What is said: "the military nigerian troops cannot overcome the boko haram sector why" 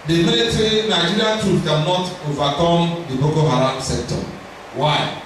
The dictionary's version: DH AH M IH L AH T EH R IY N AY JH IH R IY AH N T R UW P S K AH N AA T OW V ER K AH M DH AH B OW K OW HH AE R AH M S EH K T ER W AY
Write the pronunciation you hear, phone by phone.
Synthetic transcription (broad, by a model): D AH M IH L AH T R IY N AY JH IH R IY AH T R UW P K AH N AA T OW V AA K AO M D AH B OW K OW HH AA R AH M S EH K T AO W AY